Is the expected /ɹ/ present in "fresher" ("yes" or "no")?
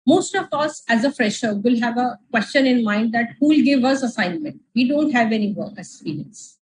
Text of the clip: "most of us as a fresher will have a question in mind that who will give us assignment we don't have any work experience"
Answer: yes